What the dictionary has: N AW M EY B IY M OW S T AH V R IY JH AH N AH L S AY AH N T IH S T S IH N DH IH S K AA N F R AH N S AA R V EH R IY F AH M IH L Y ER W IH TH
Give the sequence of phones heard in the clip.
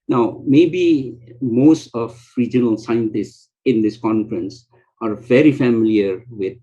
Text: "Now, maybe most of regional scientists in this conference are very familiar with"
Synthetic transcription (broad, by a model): N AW M EY B IY M OW S T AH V R IY JH AH N AH L S AY AH N T IH S T S IH N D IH S K AA N F R AH N S AA R V EH R IY F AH M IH L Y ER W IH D